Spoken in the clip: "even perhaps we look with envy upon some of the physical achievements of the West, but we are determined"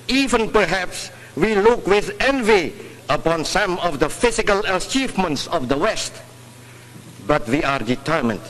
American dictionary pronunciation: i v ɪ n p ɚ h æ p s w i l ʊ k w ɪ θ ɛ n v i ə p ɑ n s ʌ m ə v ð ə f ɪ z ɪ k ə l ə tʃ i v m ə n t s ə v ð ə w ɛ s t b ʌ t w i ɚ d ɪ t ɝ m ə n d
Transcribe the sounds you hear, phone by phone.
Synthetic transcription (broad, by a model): i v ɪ n p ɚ h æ p s w i l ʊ k w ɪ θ ɛ n v i ə p ɑ n s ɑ m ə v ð ə f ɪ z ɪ k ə l ə tʃ i v m ə n t s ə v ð ə w ɛ s t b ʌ t w i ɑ d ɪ t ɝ m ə n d